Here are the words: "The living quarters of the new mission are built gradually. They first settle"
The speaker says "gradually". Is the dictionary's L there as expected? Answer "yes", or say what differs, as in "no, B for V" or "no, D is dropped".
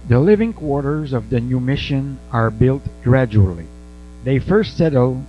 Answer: yes